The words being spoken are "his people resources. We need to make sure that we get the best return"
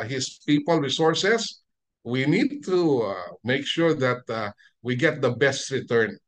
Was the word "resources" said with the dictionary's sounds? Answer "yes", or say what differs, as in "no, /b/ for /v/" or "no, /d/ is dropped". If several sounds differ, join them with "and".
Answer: no, /s/ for /z/